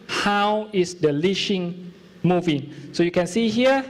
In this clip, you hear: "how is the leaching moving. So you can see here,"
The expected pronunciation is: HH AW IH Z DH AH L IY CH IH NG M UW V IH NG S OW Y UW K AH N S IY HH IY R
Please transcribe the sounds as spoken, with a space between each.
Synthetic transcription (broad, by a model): HH AW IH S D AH L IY SH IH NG M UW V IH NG S OW Y UW K AH N S IY HH IY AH